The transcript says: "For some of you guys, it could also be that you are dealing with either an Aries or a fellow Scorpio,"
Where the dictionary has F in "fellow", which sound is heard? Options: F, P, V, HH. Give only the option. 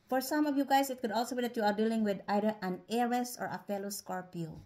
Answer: F